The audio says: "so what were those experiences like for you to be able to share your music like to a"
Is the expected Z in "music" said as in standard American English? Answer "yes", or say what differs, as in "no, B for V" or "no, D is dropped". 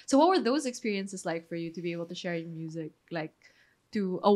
yes